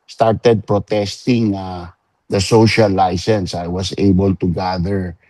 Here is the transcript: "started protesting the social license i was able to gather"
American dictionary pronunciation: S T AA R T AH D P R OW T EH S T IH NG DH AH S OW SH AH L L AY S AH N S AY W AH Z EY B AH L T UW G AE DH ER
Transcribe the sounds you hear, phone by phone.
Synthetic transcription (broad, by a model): S T AA R T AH D P R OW T EH S T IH NG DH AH S OW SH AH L L AY S AH N S AY W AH S EY B AH L T UW G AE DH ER